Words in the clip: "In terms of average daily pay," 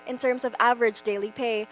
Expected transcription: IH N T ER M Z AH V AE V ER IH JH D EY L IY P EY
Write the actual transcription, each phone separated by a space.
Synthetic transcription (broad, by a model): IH N T ER M Z AH V AE V ER IH JH D EY L IY P EY